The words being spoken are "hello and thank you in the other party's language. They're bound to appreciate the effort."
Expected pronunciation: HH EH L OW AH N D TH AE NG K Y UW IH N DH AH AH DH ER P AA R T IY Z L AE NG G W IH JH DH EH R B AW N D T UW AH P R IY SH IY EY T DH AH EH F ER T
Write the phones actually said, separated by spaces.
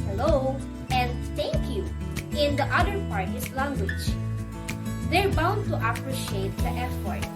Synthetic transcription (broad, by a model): L OW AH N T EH K Y UW IH N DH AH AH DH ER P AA R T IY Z L AE NG G W IH JH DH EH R B AW N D T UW AH P R IY SH IY EY T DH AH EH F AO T